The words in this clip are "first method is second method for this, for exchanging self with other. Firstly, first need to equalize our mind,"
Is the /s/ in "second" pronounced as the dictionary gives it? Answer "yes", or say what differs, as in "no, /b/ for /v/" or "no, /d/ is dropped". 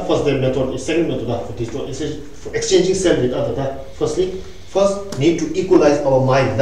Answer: yes